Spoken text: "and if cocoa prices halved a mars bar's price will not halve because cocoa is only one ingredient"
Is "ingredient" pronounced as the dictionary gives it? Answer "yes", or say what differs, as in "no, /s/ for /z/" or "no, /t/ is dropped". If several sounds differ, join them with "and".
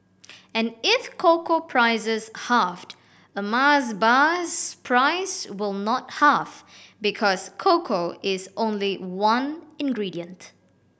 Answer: yes